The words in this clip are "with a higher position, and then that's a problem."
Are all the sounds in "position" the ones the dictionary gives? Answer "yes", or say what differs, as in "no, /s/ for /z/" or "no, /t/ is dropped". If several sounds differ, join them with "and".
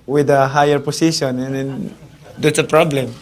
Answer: no, /s/ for /z/